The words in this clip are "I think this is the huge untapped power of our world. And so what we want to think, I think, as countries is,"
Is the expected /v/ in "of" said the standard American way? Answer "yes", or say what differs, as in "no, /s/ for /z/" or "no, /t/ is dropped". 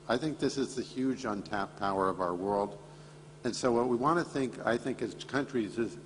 yes